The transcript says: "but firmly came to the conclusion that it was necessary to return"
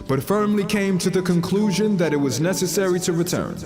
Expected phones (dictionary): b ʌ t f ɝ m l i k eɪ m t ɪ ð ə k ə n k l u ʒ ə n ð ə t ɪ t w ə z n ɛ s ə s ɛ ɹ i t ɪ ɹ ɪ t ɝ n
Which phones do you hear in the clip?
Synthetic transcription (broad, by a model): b ʌ t f ɝ m l i k eɪ m t ɪ ð ə k ə n k l u ʒ ə n ð ə t ɪ t w ə z n ɛ s ə s ɛ ɹ i t ɪ ɹ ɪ t ɝ n